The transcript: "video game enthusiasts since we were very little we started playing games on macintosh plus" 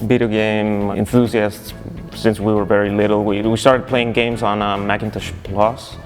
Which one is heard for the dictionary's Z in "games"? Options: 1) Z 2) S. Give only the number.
1